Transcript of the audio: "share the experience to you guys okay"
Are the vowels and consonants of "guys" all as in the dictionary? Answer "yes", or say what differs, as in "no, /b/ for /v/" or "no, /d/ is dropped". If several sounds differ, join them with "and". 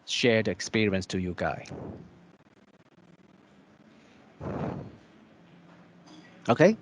no, /z/ is dropped